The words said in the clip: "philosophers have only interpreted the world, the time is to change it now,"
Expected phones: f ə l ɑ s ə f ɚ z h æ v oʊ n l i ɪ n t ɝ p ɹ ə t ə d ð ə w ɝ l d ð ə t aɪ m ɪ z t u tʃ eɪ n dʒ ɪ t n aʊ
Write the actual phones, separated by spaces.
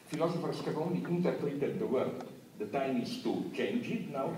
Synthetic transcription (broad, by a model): f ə l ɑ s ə f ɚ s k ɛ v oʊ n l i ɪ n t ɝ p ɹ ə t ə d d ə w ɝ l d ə t aɪ m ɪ s t u tʃ eɪ n dʒ ɪ t n aʊ